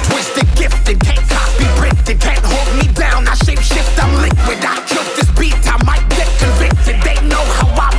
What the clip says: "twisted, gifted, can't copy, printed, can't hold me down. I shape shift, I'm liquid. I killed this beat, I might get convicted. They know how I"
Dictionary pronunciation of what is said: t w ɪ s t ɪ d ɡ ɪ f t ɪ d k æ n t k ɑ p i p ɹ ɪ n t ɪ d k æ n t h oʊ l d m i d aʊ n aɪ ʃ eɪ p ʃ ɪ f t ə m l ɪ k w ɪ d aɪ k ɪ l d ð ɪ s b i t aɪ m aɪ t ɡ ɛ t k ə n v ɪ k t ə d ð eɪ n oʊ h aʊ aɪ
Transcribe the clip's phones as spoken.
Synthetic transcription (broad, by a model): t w ɪ s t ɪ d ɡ ɪ f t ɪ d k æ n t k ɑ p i ɹ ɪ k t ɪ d k æ n t h oʊ l d m i d aʊ n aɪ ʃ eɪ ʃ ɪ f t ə l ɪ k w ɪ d aɪ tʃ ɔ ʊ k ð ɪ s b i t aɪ m aɪ t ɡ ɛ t k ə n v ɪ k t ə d ð eɪ n oʊ h aʊ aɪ